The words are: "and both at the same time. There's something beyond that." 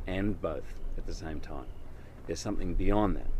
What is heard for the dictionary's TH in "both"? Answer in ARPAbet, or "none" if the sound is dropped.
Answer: TH